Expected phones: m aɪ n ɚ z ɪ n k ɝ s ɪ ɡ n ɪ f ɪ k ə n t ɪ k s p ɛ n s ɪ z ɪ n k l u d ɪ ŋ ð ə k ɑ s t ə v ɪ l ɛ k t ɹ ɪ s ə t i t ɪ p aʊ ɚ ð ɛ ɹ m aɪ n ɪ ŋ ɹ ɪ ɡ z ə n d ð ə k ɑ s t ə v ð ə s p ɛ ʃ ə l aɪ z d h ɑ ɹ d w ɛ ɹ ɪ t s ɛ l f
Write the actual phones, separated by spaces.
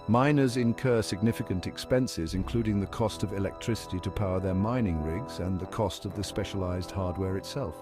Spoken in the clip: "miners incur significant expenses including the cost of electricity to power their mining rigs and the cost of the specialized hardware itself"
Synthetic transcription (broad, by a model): m aɪ n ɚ z ɪ n k ɝ s ɪ ɡ n ɪ f ɪ k ə n t ɪ k s p ɛ n s ɪ z ɪ n k l u d ɪ ŋ ð ə k ɑ s t ə v ɪ l ɛ k t ɹ ɪ s ə t i t ɪ p aʊ ɚ ð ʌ ɹ m aɪ n ɪ ŋ ɹ ɪ ɡ z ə n ð ə k ɑ s t ə v ð ə s p ɛ ʃ ə l aɪ z d h ɑ ɹ d w ɛ ɹ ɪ t s ɛ l f